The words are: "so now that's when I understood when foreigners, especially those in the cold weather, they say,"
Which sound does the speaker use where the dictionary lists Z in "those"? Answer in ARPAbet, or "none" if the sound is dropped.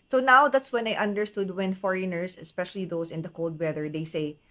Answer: S